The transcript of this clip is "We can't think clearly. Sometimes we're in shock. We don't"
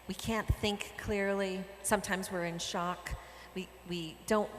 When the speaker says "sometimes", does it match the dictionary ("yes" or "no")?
yes